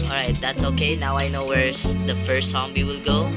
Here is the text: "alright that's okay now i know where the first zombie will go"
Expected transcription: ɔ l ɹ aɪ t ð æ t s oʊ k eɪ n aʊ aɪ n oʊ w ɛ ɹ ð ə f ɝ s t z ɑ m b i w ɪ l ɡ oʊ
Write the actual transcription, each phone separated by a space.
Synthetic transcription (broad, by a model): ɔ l ɹ aɪ t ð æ t s oʊ k eɪ n aʊ aɪ n oʊ w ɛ ɹ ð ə f ɝ s t s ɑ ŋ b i w ɪ l ɡ oʊ